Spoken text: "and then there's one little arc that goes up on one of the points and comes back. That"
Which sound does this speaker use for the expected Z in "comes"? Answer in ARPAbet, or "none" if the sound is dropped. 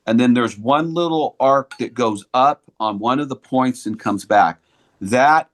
Z